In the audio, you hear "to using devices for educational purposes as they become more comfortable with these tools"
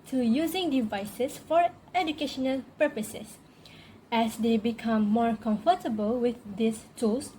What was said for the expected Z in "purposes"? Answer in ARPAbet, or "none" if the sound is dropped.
S